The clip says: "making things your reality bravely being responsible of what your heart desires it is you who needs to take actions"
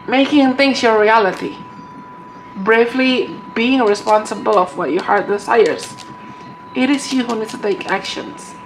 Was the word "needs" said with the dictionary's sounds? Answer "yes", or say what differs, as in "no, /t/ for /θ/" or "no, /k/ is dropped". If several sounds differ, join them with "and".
no, /z/ is dropped